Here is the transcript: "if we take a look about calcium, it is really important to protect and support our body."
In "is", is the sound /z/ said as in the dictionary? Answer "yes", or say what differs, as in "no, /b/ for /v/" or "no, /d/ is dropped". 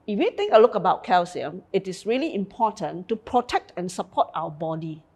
no, /s/ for /z/